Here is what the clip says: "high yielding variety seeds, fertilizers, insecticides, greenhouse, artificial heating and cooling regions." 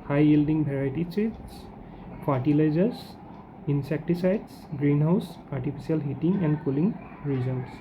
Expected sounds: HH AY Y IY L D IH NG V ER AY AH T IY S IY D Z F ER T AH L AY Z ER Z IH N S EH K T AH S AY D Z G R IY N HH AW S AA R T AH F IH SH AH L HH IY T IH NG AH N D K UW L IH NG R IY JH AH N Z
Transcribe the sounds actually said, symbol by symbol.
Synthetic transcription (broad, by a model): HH AY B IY L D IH NG B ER AY T IY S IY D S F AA T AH L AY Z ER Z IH N S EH K T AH S AY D S G R IY N HH AW S AA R T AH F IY S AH L HH IY T IH NG AH N D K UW L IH NG R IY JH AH N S